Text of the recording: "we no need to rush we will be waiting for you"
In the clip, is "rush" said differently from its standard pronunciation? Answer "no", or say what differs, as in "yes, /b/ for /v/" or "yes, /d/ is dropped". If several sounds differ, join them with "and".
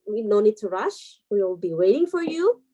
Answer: no